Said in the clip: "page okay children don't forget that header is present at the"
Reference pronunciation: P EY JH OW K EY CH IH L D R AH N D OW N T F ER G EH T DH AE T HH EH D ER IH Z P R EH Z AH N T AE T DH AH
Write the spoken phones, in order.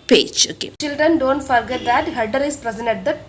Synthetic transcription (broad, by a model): P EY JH OW K EY CH IH L D R AH N D OW N T F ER G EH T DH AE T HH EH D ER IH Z P R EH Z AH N EH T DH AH